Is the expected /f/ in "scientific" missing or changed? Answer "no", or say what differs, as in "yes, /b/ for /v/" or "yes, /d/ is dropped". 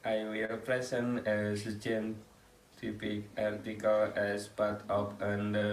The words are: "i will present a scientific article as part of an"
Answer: yes, /p/ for /f/